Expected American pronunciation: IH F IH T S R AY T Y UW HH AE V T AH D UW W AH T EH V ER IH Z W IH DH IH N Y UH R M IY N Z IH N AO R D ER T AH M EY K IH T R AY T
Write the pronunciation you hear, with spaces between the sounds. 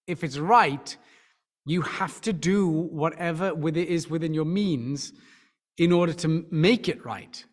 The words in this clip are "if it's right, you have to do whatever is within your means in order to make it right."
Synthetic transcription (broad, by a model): IH F IH T S R AY T Y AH HH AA F T AH D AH W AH T EH V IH IH Z W IH DH IH N Y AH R M IY N Z IH N AO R D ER T AH M EY K IH T R AY T